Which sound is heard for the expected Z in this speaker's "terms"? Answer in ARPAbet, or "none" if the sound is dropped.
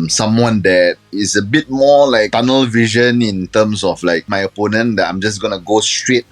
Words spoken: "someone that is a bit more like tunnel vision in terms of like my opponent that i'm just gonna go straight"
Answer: S